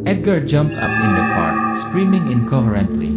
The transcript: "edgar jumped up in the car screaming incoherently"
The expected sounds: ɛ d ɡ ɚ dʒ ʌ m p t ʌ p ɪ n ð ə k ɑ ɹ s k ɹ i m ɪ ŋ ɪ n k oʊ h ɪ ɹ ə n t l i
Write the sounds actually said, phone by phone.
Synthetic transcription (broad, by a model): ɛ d ɡ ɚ dʒ ʌ m p t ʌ p ɪ n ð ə k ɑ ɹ s k ɹ i m ɪ ŋ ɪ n k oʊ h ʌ ɹ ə n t l i